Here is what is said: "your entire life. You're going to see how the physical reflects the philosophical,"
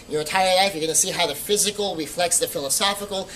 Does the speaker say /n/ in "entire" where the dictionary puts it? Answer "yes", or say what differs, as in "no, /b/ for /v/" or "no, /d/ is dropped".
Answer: no, /n/ is dropped